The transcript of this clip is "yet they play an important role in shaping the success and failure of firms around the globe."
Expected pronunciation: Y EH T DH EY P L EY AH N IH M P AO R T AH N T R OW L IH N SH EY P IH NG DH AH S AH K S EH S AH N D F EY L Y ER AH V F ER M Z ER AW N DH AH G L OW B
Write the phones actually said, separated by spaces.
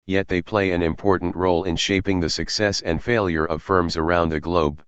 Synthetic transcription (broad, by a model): Y EH T DH EY P L EY AH N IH M P AO R T N T R OW L IH N SH EY P IH NG DH AH S AH K S EH S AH N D F EY L Y ER AH V F ER M Z ER AW N DH AH G L OW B